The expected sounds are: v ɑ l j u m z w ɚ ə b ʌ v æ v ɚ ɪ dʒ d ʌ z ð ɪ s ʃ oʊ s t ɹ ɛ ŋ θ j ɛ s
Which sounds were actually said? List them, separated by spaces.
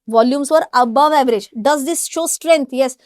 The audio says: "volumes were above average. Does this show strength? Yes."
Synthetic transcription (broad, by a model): v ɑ l j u m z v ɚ ə b ʌ v æ v ɚ ɪ dʒ d ʌ z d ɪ s ʃ oʊ s t ɹ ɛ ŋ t j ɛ s